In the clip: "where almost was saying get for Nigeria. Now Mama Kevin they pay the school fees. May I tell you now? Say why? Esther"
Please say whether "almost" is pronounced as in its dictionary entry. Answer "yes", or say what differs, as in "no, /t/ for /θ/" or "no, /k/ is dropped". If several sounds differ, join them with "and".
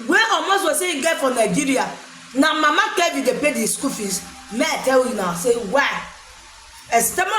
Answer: no, /l/ is dropped